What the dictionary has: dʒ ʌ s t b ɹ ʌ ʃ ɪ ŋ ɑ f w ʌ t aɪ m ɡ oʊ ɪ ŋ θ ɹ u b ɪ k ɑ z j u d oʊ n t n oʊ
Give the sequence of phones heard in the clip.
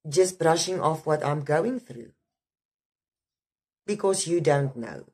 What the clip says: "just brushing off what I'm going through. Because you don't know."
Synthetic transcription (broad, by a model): dʒ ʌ s t b ɹ ʌ ʃ ɪ ŋ ɑ f w ʌ t aɪ m ɡ oʊ ɪ ŋ θ ɹ u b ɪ k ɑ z j u d oʊ n t n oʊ